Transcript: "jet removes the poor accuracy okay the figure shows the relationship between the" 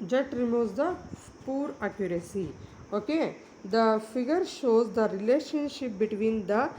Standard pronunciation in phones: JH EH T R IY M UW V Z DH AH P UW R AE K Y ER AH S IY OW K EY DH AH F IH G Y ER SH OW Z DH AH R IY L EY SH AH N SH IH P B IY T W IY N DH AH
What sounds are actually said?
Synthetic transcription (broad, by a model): JH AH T R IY M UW Z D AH P UW R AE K Y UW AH S IY OW K EY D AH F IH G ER SH OW Z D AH R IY L EY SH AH N SH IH P B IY T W IY N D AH